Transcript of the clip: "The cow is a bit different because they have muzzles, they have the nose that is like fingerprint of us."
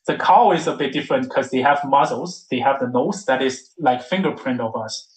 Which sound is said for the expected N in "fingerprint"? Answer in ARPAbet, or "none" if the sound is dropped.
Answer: N